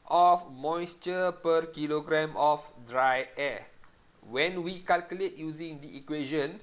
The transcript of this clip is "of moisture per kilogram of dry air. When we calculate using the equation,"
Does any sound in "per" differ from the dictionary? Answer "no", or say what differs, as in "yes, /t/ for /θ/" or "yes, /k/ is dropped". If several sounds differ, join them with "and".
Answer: no